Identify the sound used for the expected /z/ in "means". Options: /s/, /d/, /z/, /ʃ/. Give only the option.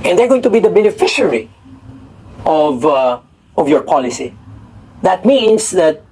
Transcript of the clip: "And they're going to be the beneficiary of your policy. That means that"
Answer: /s/